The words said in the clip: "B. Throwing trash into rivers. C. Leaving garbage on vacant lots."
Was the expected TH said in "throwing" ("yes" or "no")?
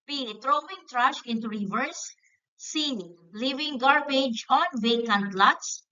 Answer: no